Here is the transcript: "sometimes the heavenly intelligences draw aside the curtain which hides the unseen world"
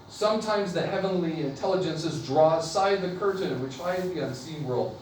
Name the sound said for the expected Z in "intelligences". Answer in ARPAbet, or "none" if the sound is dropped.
Z